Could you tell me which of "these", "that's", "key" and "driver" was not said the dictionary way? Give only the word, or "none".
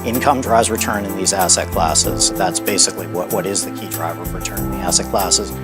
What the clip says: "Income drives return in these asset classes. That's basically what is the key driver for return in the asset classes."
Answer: none